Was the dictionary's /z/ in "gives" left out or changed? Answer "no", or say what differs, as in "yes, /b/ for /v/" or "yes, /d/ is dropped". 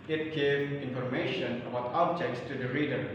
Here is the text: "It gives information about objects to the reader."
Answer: yes, /z/ is dropped